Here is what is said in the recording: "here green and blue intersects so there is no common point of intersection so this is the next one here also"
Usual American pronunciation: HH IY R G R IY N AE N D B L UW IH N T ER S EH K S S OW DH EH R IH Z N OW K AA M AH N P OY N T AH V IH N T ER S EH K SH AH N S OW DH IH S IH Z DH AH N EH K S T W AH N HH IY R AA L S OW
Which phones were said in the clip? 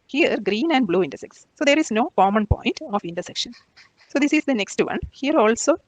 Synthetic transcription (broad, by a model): HH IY R G R IY N AE N D B L UW IH N T ER S EH K S S OW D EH R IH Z N OW K AA M AH N P OY N T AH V IH N T ER S EH K SH AH N S OW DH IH S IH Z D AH N EH K S T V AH N HH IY R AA L S OW